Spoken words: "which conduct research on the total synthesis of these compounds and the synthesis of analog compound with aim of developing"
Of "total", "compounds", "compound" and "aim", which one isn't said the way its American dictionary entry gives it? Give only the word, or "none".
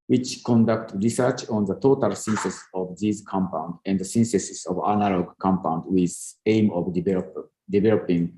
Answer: compounds